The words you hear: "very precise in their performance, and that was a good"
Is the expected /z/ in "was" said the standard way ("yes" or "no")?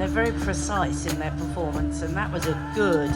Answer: yes